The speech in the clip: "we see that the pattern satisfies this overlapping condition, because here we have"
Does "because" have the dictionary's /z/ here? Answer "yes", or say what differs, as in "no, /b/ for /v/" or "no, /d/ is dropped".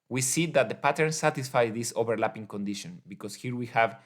no, /s/ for /z/